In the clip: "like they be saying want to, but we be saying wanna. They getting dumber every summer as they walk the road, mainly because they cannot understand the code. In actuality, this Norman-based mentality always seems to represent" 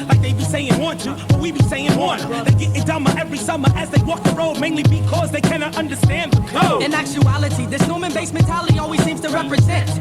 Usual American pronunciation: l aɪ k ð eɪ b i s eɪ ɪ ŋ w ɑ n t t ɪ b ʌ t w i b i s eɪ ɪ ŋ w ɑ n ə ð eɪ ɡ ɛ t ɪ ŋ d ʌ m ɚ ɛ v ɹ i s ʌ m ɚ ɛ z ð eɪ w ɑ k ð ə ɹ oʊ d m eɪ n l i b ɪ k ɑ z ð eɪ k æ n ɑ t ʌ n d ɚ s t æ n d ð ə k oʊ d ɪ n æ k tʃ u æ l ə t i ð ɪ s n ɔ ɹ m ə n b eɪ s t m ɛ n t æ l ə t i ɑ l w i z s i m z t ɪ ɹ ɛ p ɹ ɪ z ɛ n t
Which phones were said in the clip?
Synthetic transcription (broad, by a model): l aɪ k ð eɪ b i s eɪ ɪ ŋ w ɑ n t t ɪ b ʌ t w i b i s eɪ ɪ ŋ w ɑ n ð eɪ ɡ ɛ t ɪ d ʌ m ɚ ɛ v ɹ i s ʌ m ɚ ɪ z ð eɪ w ɑ k ð ə ɹ oʊ d m eɪ n l i b ɪ k ɑ z ð eɪ k æ n ɑ t ʌ n d ɚ s t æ n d ð ə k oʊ ɪ n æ k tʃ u æ l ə t i ð ɪ s n ɔ ɹ m ə n b eɪ s m ɛ n t æ l ə t i ɑ l w i z s i m z t ɪ ɹ ɛ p ɹ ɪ z ɛ n t